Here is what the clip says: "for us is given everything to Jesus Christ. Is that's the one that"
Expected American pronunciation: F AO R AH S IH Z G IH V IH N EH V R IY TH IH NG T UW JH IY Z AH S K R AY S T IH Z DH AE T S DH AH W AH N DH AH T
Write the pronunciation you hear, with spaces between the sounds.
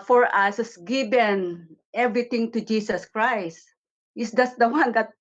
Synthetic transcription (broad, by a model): F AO R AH S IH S G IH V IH N EH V R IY T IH NG T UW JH IY S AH S K R AY S T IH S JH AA S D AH W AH N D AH T